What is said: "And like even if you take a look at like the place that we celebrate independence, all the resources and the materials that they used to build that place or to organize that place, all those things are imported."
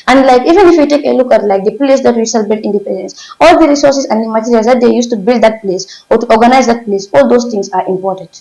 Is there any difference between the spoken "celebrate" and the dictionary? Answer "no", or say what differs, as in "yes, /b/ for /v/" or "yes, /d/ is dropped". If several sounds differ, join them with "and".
yes, /ɹ/ is dropped